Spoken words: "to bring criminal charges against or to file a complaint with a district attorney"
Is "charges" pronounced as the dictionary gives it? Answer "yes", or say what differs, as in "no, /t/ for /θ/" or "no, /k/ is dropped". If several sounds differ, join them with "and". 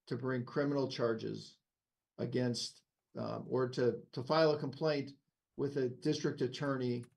yes